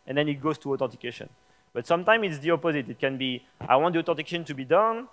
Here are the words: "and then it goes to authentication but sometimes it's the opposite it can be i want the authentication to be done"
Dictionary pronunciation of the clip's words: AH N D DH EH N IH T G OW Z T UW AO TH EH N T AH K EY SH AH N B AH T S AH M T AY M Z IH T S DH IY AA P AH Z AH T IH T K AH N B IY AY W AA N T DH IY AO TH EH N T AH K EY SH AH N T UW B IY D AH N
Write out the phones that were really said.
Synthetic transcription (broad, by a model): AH N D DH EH N IH T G OW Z T UW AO T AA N T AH K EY SH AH N B AH T S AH M T AY M IH T S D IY AA P AH Z AH T IH T K AH N B IY AY W AA N T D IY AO T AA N T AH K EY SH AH N T UW B IY D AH N